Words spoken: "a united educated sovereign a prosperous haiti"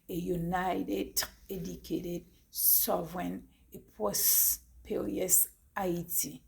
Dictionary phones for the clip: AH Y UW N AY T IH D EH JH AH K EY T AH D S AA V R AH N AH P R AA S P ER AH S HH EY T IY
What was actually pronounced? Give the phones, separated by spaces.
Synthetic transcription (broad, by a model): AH Y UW N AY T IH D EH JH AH K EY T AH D S AA V R AH N AH P AA S P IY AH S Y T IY